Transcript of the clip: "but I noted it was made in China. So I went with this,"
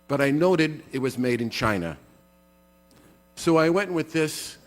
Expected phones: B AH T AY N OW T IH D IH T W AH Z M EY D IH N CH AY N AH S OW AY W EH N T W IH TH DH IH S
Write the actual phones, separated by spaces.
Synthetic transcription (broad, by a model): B AH T AY N OW T IH D IH T W AH Z M EY D IH N CH AY N AH S OW AY W EH N T W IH DH IH S